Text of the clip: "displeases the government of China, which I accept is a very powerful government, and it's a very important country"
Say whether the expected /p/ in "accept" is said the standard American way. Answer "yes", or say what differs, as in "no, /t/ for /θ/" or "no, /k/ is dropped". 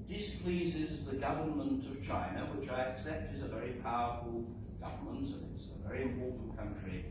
yes